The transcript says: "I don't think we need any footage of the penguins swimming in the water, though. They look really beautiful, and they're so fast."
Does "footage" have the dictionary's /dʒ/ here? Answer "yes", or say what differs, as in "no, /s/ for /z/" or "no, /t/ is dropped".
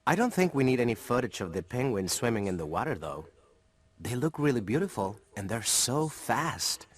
no, /tʃ/ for /dʒ/